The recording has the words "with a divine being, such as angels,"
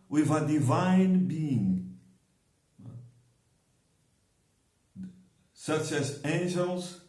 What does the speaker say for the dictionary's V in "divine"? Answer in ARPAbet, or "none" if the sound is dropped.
V